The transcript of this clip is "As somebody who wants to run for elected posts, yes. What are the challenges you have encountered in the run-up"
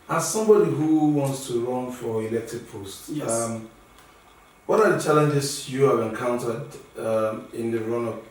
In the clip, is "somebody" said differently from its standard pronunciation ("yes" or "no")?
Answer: no